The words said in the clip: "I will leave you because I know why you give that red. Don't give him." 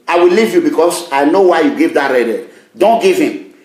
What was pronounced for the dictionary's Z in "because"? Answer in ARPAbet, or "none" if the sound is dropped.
S